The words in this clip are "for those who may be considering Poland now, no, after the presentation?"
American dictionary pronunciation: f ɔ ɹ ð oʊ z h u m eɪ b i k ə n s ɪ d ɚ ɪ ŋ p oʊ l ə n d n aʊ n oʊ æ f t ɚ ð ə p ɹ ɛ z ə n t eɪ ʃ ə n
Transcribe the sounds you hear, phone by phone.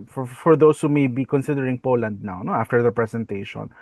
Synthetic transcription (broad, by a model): f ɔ ɹ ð oʊ s h u m eɪ b i k ə n s ɪ d ɚ ɪ ŋ p oʊ l ə n d n aʊ n oʊ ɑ f t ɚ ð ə p ɹ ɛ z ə n t eɪ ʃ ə n